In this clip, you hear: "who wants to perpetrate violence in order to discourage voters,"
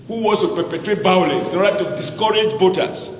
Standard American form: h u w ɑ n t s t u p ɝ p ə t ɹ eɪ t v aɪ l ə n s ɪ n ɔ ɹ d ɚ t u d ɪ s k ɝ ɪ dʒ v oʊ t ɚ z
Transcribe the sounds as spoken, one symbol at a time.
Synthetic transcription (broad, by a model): h u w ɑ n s t u p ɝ p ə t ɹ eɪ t b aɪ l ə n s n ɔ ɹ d t u d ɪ s k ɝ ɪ dʒ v oʊ t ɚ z